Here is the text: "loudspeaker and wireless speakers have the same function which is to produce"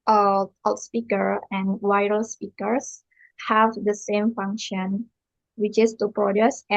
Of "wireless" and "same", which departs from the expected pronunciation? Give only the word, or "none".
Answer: wireless